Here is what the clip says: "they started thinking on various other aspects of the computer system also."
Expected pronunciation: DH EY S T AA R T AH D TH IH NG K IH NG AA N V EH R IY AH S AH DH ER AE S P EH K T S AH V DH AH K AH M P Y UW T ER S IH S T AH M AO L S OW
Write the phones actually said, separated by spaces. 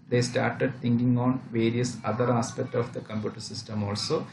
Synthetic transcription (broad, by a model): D EY S T AA R T AH D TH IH NG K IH NG AA N V EH R IY AH S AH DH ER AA S P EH K T AH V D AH K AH M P Y UW T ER S IH S T AH M AO L S OW